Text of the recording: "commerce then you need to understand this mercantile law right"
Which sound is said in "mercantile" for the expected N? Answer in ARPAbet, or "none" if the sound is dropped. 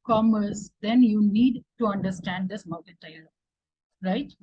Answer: none